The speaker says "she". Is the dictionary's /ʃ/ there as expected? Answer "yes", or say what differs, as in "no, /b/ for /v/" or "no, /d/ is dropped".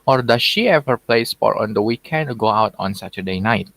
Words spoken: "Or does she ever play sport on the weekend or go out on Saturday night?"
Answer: yes